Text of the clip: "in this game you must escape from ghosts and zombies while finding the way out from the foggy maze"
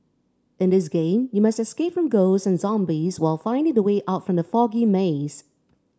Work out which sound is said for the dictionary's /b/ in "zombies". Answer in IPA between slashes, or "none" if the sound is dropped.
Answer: /b/